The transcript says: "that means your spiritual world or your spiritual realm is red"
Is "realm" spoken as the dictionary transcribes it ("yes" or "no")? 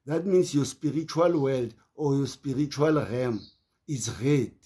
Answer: no